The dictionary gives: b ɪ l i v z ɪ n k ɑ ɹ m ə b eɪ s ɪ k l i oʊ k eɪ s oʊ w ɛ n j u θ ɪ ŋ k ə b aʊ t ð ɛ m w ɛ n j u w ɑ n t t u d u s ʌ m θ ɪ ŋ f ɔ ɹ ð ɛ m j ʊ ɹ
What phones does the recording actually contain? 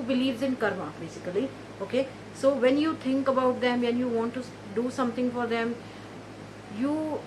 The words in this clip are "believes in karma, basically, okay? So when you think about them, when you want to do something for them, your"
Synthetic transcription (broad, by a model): b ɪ l i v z ɪ n k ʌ ɹ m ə b eɪ s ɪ k l i oʊ k eɪ s oʊ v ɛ n j u t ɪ ŋ k ə b aʊ t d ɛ m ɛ n j u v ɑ n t t u d u s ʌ m t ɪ ŋ f ɔ ɹ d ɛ m j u